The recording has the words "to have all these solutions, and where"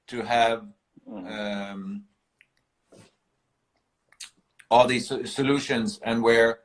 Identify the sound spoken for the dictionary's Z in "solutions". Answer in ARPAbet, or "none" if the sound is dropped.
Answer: Z